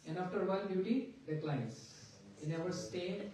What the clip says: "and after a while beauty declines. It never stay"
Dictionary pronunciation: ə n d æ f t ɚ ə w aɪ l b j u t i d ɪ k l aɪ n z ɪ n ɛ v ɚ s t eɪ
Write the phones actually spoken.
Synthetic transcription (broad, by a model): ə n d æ f t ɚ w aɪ n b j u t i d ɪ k l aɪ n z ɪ n ɛ v ɚ s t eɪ